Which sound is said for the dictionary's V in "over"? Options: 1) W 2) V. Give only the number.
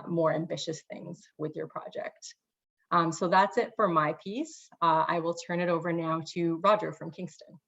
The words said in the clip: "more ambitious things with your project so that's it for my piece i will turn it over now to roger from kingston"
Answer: 2